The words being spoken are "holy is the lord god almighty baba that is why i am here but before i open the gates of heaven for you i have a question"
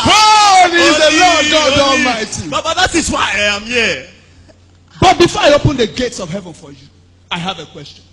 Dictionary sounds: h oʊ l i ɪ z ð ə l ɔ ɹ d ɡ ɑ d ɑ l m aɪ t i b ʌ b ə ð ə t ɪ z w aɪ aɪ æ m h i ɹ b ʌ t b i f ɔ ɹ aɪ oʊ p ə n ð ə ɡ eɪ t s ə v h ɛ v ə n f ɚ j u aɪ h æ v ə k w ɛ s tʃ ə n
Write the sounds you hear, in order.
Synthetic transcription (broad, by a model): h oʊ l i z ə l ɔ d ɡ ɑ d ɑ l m aɪ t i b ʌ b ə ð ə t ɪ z w aɪ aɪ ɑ m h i b ʌ t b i f ɔ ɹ aɪ oʊ p ə n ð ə ɡ eɪ t s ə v h ɛ v ə n f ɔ j u aɪ h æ v ə k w ɛ s tʃ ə n